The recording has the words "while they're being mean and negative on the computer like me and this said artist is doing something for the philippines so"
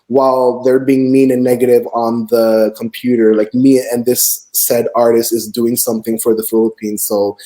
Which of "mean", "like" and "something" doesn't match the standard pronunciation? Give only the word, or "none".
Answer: mean